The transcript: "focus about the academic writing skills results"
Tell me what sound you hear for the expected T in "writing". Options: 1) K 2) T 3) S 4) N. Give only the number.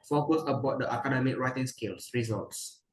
2